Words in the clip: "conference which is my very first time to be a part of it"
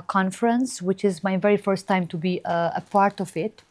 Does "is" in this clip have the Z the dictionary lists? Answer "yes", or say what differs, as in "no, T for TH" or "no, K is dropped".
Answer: yes